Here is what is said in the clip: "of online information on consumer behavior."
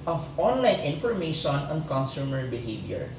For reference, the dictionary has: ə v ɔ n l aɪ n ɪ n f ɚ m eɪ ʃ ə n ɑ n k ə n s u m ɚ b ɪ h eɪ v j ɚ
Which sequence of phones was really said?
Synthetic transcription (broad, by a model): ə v ɔ n l aɪ n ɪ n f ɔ m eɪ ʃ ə n ɑ n k ə n s u m ɚ b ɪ h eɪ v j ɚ